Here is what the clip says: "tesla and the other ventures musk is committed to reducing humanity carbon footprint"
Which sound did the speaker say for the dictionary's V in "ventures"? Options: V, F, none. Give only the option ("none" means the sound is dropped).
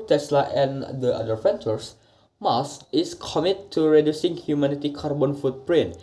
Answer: F